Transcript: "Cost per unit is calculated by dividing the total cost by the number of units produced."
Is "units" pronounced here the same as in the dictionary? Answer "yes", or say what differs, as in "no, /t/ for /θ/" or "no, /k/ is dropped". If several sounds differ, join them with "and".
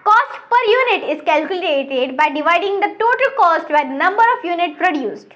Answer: no, /s/ is dropped